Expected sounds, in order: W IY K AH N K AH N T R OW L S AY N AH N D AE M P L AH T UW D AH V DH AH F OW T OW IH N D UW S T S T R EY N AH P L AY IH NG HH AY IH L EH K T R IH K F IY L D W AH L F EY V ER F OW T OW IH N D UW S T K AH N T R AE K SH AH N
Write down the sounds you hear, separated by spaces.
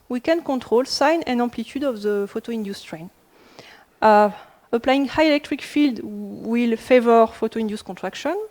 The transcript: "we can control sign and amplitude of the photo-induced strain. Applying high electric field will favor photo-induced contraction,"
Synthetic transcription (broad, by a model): W IY K AH N K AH T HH OW L S AY N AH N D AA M P L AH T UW D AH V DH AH F OW T OW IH N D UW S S T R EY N AH P L AY IH NG HH AY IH L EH K T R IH K F IY L D W AH L F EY V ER F OW T OW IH N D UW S K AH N T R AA K SH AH N